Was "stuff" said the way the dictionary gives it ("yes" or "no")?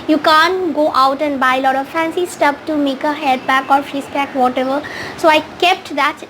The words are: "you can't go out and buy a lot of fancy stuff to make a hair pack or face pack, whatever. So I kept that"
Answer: no